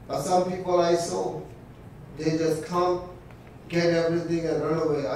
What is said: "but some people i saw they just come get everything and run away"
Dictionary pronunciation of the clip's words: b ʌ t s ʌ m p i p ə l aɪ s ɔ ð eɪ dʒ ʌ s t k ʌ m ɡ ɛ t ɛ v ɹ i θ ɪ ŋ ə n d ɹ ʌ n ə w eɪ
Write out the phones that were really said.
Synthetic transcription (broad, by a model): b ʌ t s ʌ m p i p ə l aɪ s ɔ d eɪ dʒ ʌ s t k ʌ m ɡ ɛ t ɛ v ɹ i t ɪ ŋ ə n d ɹ ʌ n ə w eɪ